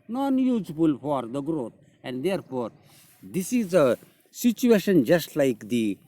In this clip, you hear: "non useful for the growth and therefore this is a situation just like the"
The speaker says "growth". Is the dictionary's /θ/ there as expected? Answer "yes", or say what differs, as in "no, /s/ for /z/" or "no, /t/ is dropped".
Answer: no, /t/ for /θ/